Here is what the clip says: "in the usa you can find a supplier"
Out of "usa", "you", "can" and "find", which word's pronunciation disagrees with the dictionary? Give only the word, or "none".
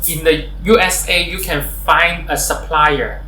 none